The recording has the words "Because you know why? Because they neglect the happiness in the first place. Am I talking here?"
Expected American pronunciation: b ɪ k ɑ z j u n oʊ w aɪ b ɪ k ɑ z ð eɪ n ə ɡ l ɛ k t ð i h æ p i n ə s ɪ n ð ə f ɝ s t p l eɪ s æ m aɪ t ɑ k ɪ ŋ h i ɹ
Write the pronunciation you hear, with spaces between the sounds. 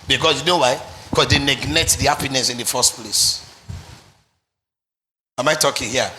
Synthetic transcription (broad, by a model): b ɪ k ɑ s j u n oʊ w aɪ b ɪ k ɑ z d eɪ n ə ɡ n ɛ t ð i h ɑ p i n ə s ɪ n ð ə f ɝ s t p l eɪ s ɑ m aɪ t ɑ k ɪ ŋ h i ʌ